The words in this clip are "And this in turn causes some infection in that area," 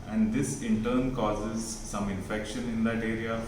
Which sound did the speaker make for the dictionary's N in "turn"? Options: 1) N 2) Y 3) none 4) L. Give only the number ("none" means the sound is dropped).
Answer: 1